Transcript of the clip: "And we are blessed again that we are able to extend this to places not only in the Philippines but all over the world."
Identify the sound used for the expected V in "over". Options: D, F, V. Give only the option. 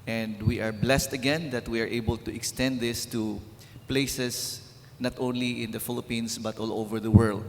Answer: V